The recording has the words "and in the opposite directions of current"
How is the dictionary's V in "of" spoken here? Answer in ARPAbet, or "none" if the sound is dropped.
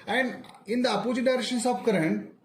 P